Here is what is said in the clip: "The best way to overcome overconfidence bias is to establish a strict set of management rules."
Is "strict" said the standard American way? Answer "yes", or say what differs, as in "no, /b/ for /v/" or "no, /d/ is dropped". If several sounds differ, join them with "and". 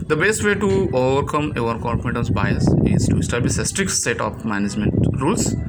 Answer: yes